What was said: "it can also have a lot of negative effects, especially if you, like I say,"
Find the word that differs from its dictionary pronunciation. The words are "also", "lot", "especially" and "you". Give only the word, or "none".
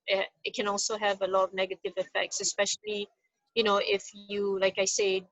especially